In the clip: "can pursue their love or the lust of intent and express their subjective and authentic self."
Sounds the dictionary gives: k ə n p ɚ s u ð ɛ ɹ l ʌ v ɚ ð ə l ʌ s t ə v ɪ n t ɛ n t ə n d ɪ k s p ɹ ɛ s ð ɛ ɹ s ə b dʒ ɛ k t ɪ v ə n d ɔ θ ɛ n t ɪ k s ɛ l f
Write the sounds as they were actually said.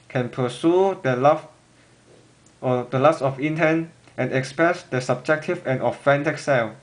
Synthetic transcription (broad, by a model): k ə n p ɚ s u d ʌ l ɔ f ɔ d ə l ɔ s ə f ɪ n t ɛ n t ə n ɪ k s p ɹ ɛ s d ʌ s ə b dʒ ɛ k t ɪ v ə n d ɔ f ɛ n t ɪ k s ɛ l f